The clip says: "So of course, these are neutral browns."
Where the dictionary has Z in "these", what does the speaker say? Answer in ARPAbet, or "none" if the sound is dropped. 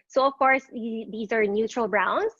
Z